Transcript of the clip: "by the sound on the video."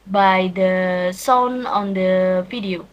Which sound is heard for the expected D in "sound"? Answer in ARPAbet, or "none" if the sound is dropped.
none